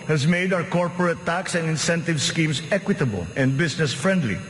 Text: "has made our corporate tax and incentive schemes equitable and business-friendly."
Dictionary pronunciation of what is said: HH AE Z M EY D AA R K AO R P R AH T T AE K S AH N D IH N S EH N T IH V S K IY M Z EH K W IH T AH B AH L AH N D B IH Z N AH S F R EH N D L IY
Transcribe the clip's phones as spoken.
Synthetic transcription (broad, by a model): HH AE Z M EY D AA W K AO R P R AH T T AE K S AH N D IH N S EH N T IH V S K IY M S EH K W IH T AH B AH L AH N D B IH S N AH S F R EH N D L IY